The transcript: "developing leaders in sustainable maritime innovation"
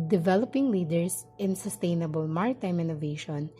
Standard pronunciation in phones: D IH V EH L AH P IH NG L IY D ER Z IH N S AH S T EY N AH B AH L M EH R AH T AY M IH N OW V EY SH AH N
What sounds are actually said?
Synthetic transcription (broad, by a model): D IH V EH L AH P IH NG L IY D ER S IH N S AH S T EY N AH B AH L M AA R T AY M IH N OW V EY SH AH N